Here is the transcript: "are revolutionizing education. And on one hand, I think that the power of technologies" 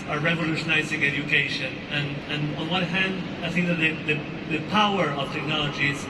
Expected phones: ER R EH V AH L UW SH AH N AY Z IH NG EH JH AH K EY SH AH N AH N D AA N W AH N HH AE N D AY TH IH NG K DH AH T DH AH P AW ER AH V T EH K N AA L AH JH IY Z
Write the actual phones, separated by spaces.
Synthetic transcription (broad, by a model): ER R EH V AH L UW SH AH N AY Z IH NG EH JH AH K EY SH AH N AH N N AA N W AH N HH AE N D AY TH IH NG K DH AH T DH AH P AW ER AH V T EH K N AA L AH JH IY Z